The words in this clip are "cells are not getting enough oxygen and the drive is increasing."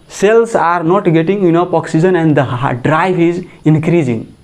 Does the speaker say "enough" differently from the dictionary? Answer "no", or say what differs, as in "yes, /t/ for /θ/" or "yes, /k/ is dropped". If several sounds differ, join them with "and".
yes, /p/ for /f/